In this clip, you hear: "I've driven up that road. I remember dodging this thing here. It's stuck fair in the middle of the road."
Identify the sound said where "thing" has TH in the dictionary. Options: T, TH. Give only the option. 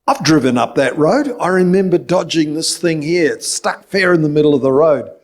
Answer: TH